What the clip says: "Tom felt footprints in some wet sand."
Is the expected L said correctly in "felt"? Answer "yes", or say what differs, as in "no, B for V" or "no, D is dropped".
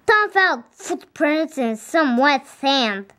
yes